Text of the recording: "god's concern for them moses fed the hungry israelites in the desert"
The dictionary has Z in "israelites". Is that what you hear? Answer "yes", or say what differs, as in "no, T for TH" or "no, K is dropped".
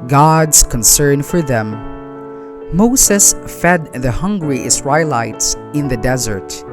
no, S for Z